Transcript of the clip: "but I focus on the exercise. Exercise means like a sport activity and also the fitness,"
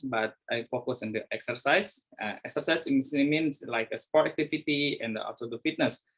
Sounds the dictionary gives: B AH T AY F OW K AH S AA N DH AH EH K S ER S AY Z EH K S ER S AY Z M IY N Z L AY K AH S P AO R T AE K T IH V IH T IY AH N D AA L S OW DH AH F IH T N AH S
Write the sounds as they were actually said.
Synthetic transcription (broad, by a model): B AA T AY F OW K AH S AA N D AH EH K S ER S AY S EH K S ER S AY S M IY N S L AY K AH S P AO R T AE K T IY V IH T IY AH N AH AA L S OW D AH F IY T N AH S